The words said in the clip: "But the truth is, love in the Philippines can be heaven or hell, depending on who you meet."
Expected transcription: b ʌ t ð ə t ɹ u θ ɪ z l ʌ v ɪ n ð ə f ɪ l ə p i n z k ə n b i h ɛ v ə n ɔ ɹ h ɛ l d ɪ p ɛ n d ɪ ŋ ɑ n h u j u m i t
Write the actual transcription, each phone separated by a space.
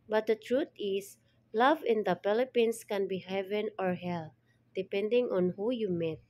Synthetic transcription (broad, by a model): b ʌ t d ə t ɹ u t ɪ s l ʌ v ɪ n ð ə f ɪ l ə p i n s k ə n b i h ɛ v ə n ɔ ɹ h ɛ l d ɪ p ɛ n d ɪ ŋ ɑ n h u j u m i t